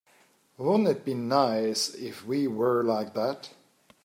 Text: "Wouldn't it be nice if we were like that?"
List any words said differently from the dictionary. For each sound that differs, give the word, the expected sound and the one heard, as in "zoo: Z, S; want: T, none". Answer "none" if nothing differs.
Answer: wouldn't: T, none